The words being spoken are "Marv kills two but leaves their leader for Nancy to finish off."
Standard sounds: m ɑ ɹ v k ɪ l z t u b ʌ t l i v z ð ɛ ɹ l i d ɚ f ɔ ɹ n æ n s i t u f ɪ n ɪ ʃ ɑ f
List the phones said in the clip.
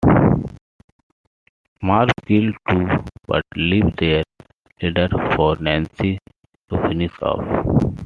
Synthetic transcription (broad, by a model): m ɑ ɹ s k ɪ l t u b ʌ t l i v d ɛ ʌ ɹ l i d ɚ f ɔ ɹ n æ n s i t u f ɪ n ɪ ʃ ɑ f